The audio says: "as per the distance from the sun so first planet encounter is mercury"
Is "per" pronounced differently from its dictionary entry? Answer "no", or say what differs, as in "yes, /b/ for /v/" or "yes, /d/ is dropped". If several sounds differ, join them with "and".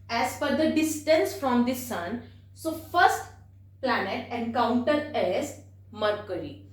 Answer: yes, /f/ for /p/